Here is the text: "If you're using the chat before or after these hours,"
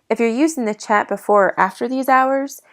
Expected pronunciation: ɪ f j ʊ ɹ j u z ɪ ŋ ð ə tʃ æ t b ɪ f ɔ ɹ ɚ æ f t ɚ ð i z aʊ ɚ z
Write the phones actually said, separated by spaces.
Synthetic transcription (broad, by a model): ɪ f j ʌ ɹ j u z ɪ ŋ ð ə tʃ æ t b ɪ f ɔ ɹ æ f t ɚ ð i z aʊ ɚ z